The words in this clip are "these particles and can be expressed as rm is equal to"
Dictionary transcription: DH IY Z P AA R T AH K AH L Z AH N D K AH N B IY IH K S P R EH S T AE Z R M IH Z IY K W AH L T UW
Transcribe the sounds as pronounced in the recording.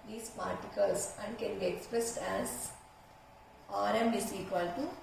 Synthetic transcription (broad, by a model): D IY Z P AA R T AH K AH L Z AH N D K AH N B IY IH K S P R EH S T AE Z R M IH S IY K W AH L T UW